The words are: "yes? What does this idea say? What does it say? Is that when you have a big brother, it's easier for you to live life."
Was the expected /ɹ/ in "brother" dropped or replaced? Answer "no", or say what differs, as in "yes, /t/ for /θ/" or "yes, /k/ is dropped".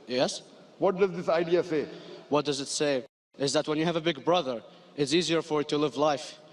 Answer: no